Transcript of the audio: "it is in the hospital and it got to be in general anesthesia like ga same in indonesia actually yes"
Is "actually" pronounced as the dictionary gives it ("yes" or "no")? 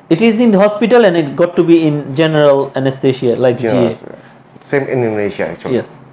no